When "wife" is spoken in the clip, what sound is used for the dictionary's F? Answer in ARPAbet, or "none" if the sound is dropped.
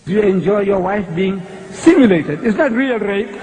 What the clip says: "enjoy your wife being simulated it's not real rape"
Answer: F